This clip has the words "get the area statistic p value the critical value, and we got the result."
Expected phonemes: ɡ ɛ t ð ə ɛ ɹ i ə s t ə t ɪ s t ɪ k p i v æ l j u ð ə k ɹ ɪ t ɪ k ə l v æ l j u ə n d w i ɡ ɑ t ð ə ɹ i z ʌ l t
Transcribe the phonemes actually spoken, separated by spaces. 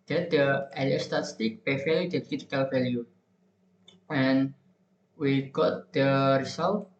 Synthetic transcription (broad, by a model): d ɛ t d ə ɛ l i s t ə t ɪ s t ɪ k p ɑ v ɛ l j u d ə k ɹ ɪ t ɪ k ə l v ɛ l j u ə n w i ɡ ɑ t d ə ɹ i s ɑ l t